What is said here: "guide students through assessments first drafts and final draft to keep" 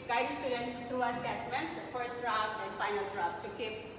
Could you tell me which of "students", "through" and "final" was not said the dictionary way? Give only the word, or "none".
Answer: through